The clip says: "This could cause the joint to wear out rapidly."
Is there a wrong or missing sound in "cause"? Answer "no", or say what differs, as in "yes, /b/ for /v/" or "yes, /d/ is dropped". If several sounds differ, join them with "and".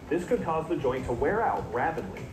no